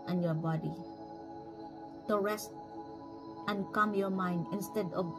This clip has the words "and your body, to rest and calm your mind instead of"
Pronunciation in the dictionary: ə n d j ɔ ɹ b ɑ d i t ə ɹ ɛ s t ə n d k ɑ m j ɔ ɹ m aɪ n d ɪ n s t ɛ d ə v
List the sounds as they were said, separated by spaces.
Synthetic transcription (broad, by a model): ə n j ɔ ɹ b ɑ d i t ə ɹ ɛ s t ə n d k ɑ m j ɔ ɹ m aɪ n d ɪ n s t ɛ d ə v